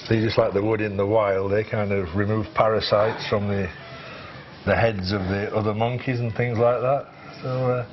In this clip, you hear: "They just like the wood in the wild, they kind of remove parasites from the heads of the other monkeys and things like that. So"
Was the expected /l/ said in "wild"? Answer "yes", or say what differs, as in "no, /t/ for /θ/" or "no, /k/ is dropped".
yes